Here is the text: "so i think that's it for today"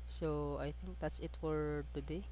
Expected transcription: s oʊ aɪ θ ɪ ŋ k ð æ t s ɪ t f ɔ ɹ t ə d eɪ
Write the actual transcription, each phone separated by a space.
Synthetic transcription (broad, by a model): s oʊ aɪ t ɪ ŋ k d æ t s ɪ t f ɔ ɹ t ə d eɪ